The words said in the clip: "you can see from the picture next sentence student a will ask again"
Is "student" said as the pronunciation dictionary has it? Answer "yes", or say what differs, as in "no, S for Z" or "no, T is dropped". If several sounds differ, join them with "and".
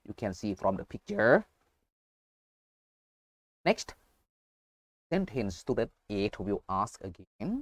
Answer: no, N is dropped